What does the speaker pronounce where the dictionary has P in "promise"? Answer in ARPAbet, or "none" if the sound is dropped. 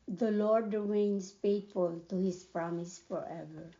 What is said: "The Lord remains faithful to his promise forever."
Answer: P